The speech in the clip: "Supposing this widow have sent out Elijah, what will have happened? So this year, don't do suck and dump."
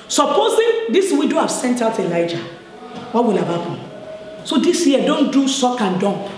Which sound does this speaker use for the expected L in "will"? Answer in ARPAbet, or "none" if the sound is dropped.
L